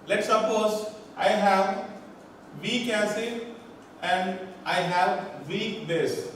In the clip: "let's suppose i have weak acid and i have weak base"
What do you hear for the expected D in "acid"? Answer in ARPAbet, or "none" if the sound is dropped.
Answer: none